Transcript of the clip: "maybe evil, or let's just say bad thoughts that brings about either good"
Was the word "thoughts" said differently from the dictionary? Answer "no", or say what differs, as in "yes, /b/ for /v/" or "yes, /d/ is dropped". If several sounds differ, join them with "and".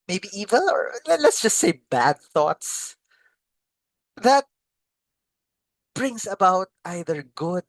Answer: no